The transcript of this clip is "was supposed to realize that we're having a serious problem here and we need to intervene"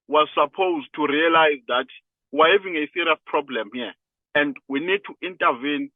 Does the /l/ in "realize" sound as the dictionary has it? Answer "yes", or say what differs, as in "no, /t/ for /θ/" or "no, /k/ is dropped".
yes